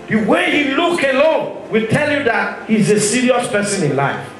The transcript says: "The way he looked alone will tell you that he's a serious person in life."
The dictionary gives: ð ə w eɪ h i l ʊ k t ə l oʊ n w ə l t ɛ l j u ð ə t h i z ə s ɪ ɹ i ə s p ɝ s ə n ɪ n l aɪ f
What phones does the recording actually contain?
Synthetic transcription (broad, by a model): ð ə w eɪ h i l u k ə l oʊ n w ə l t ɛ l j u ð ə t h i z ə s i ɹ i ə s p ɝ s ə n ɪ n l aɪ f